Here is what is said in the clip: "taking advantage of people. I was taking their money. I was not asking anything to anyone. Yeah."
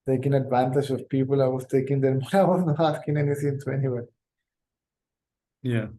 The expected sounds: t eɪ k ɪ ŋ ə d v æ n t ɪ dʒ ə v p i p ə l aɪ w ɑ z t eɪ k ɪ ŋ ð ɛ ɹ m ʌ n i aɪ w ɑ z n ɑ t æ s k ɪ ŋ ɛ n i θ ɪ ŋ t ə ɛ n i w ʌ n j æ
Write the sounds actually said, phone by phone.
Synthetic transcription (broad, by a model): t eɪ k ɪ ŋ ə d v æ n t ɪ dʒ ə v p i p ə l aɪ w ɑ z t eɪ k ɪ ŋ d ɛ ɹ m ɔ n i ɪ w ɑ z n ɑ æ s k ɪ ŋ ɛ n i s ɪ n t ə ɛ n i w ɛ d j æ